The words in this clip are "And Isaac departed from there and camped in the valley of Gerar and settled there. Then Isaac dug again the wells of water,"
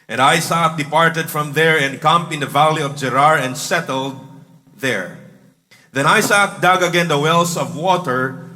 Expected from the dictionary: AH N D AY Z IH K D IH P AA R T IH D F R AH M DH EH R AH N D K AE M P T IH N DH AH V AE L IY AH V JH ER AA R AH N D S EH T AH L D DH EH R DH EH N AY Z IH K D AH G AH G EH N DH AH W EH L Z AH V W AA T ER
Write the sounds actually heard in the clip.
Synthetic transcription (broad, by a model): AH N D AY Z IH K D IH P AA R T IH D F R AH M DH EH R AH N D K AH M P IH N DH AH V AE L IY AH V JH ER AA R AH N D S EH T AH L D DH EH R DH EH N AY S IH K D AH G AH G EH N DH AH W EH L S AH V W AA T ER